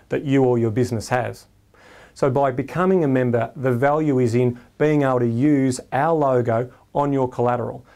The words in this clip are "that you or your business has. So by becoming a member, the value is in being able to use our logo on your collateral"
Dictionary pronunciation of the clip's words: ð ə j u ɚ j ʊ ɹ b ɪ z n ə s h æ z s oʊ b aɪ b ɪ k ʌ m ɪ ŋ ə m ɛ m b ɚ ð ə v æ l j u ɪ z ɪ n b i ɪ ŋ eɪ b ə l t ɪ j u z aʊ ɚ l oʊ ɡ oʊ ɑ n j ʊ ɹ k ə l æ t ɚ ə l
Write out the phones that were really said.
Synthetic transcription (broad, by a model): ð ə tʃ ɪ ɚ j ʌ ɹ b ɪ z n ə s h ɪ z s oʊ b aɪ b ɪ k ʌ m ɪ ŋ ə m ɛ m b ɚ ð ə v æ l j u ɪ z ɪ n b i ɪ ŋ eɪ b l t ɪ j u z aʊ ɚ l oʊ ɡ oʊ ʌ n j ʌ ɹ k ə l æ t ɚ l